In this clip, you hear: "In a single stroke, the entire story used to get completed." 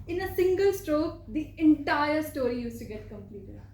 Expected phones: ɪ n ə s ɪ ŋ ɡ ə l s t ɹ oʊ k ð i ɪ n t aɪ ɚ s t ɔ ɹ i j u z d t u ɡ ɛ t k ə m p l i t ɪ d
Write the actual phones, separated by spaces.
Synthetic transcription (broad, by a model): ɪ n ə s ɪ ŋ ɡ ə l s t ɹ oʊ k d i ɪ n t aɪ ɚ s t ɔ ɹ i j u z t u ɡ ɛ t k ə m p l i t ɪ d